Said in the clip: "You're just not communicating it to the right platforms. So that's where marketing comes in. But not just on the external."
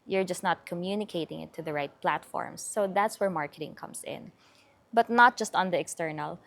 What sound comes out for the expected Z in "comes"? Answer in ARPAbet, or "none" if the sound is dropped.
S